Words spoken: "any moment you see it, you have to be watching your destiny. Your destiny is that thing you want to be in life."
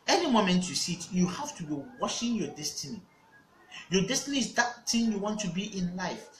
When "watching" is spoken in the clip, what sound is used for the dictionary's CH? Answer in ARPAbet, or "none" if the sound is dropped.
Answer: SH